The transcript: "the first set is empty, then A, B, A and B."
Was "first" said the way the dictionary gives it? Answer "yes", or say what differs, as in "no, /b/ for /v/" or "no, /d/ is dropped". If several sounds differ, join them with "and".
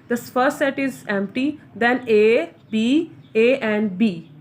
no, /s/ is dropped